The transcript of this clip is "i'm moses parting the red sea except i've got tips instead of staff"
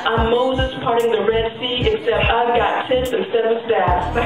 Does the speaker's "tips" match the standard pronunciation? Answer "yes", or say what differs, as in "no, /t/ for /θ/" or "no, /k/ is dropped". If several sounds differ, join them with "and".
no, /s/ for /t/